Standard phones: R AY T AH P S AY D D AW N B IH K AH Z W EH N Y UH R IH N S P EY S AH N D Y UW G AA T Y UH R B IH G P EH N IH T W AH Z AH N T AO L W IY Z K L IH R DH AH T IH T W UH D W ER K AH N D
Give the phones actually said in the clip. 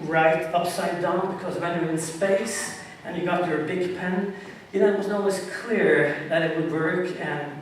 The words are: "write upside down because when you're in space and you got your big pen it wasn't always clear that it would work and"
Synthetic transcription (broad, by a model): R AY T AH P S AY D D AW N B IH K AH Z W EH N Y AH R IH N S P EY S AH N Y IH G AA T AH R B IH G P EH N IH T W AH Z N AO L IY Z K L IH R DH AH T IH T W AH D W ER K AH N